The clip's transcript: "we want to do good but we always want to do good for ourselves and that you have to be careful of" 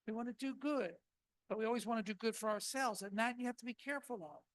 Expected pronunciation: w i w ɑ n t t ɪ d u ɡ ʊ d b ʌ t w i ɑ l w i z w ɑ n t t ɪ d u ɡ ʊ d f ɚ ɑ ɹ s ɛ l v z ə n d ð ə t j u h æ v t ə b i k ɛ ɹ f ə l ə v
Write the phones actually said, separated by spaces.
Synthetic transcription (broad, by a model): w i w ɑ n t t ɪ d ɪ ɡ ʊ d b ʌ t w i ɑ l w i z w ɑ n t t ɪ d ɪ ɡ ʊ d f ɚ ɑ ɹ s ɛ l v z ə n ð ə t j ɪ h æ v t ə b i k ɛ ɹ f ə l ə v